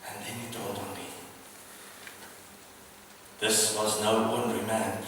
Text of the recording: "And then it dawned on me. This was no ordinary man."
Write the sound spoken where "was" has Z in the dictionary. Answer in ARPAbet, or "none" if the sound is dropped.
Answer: Z